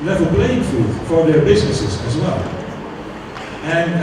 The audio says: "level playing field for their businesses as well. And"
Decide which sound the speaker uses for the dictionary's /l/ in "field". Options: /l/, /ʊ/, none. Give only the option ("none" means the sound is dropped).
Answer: none